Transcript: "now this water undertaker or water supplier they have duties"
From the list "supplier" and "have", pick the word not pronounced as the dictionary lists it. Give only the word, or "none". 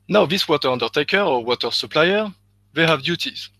none